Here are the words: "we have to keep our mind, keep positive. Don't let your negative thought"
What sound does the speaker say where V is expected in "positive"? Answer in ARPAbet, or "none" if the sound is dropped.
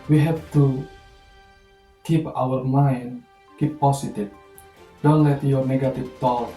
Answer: F